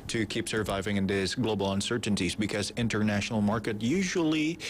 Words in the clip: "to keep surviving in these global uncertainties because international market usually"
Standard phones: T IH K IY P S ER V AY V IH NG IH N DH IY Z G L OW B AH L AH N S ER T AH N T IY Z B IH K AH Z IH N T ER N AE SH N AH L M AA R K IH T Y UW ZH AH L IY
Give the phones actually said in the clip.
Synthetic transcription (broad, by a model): T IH K IY P S ER V AY V IH NG IH N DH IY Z G L OW B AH L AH N S ER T N T IY Z B IH K AH Z IH N T ER N AE SH N L M AA R K IH T Y UW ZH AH L IY